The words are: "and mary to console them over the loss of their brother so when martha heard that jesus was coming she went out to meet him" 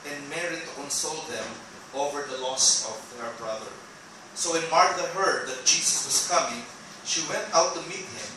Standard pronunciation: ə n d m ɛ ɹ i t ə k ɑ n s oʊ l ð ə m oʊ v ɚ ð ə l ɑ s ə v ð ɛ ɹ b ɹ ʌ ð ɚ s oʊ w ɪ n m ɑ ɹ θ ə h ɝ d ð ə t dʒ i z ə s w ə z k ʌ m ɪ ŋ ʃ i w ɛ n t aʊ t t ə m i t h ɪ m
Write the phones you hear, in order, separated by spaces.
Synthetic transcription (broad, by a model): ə n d m ɛ ɹ i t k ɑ n s oʊ l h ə m oʊ v ɚ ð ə l ɑ s ə v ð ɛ ɹ b ɹ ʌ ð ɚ s oʊ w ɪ n m ɑ ɹ t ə h ɝ d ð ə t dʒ i s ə s w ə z k ʌ m ɪ ŋ ʃ i w ɛ n t aʊ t t ə m i t h ɪ m